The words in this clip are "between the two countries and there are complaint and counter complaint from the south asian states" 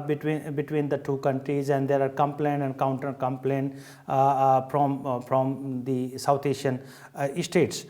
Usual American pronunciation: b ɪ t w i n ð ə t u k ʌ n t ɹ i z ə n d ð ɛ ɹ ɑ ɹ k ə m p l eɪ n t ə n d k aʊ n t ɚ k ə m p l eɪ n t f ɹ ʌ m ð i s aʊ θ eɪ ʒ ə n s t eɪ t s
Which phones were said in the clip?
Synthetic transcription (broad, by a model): b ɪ t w i n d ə t u k ʌ n t ɹ i z ə n d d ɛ ɹ ɑ ɹ k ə m p l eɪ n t ə n d k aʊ n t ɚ k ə m p l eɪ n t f ɹ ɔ m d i s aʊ t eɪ ʃ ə n s t eɪ t s